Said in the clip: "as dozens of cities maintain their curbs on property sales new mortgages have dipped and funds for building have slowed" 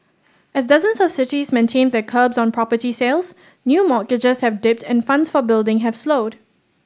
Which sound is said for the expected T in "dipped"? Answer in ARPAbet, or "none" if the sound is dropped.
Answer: T